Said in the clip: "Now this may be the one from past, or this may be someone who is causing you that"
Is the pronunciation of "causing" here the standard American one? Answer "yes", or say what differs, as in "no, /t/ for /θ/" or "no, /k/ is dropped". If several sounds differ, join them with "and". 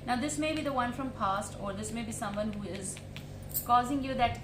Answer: yes